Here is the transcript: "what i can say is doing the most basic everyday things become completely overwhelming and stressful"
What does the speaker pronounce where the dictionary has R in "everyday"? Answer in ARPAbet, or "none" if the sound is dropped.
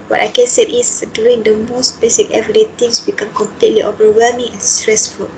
none